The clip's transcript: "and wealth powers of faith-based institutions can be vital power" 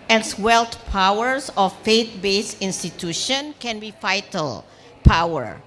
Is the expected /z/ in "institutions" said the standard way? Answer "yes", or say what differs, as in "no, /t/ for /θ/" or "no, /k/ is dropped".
no, /z/ is dropped